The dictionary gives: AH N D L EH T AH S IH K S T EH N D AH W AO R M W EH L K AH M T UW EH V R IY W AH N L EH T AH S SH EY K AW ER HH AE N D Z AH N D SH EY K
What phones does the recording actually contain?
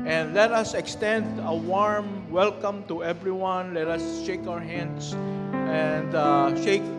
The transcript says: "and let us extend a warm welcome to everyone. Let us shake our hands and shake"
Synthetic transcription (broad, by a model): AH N D L EH T AH S IH K S T EH N D AH W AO R M W EH L K AH M T UW EH V R IY W AH N L EH T AH S SH EY K AW ER HH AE N D S AH N D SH EY K